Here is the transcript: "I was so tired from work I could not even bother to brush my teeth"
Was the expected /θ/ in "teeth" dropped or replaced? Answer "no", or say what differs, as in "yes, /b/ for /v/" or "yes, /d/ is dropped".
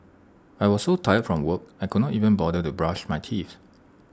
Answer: yes, /s/ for /θ/